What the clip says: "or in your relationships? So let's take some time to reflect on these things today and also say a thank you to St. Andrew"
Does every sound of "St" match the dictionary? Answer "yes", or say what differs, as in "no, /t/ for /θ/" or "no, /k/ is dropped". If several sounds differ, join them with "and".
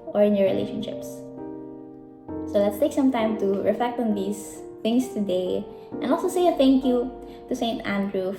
yes